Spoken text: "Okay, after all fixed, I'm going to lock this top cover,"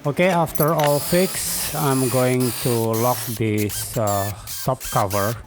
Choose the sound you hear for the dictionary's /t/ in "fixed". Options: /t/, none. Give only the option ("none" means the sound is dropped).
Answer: none